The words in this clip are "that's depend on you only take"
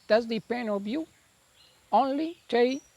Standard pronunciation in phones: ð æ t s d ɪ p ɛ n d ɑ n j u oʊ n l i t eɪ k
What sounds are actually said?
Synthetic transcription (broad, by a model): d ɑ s d ɪ p ɛ n d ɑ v j u oʊ n l i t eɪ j